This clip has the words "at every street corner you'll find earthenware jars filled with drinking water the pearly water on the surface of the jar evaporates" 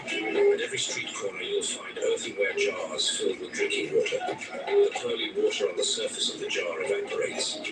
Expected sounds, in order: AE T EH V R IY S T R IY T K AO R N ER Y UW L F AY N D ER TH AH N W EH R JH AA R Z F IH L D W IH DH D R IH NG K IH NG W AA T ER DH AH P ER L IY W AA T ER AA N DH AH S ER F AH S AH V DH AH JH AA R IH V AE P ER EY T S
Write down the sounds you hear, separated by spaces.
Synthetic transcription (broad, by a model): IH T EH V R IY S T R IY T K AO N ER Y UW L F AY N D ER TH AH W EH JH AA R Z F IH L D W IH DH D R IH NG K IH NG W AA T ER DH AH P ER L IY W AA T ER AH N DH AH S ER F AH S AH V DH AH JH AA R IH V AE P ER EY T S